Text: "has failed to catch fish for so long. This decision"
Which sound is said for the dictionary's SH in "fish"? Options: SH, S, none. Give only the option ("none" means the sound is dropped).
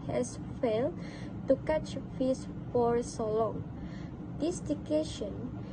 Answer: S